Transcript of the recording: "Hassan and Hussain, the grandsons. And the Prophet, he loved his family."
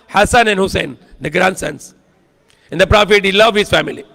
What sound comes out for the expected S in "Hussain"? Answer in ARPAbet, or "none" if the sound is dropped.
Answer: S